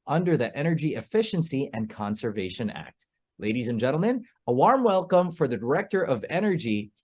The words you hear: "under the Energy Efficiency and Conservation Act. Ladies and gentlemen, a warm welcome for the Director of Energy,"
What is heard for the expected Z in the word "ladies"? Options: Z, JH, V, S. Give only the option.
Z